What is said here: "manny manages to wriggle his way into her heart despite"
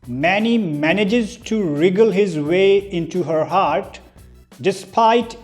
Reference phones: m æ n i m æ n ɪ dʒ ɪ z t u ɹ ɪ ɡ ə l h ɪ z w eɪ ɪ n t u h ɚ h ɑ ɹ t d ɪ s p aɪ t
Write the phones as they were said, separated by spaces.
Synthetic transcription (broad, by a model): m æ n i m æ n ɪ dʒ ɪ z t u ɹ ɪ ɡ ə l h ɪ z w eɪ ɪ n t u h ɚ h ɑ ɹ t d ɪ s p aɪ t